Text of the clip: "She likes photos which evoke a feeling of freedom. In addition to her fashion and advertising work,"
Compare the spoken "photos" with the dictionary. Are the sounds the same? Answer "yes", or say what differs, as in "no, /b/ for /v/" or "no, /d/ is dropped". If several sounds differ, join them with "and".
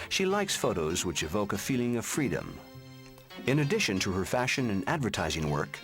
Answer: yes